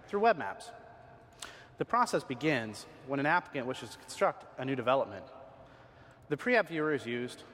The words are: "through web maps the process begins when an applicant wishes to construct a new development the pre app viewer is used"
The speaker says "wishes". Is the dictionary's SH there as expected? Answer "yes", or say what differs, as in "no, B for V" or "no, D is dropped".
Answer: yes